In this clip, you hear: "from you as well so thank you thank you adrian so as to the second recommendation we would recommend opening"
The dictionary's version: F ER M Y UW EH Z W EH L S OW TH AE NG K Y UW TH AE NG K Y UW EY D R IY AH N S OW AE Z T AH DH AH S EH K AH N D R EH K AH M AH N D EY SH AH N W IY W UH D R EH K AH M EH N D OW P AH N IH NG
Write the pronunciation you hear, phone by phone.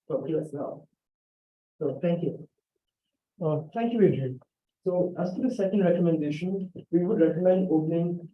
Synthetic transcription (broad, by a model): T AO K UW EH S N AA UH S OW T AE NG K Y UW T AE NG K Y UW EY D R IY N S OW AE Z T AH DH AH S EH K AH N D R EH K AH M AH N D EY SH AH N W IY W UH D R EH K AH M EH N D OW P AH N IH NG